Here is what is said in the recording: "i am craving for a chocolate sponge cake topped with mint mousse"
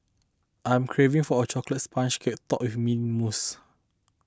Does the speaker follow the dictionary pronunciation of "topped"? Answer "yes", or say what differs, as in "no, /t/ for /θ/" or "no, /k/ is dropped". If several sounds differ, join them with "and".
no, /p/ is dropped